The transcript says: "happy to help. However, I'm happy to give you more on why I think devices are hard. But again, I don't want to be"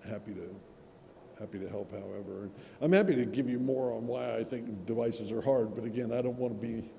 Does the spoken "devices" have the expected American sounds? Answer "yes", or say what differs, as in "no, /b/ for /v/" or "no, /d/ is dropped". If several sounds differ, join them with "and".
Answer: yes